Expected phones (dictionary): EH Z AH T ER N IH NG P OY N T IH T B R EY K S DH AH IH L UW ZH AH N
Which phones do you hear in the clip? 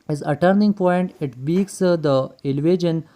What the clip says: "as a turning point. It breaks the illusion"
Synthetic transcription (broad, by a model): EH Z AH T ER N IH NG P OY N T IH T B IY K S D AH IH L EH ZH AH N